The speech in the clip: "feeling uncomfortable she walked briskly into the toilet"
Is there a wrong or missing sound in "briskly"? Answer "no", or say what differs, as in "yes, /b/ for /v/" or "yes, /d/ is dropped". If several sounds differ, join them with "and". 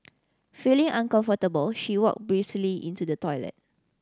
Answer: yes, /k/ is dropped